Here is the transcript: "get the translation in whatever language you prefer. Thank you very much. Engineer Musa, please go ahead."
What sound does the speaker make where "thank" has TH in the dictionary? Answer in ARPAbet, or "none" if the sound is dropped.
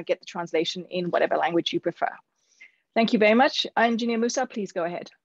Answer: TH